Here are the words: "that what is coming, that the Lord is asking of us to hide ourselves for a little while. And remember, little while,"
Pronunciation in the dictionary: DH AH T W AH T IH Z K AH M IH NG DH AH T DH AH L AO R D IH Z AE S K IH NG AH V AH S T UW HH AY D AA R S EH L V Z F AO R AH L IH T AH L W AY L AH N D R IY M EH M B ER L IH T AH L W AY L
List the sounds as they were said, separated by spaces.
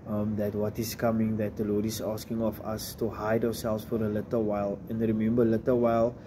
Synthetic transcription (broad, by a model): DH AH T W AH T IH S K AH M IH NG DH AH T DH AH L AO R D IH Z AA S K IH NG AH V AH S T UW HH AY D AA W S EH L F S F AO R AH L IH T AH L W AY L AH N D R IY M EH M B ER L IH T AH L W AY L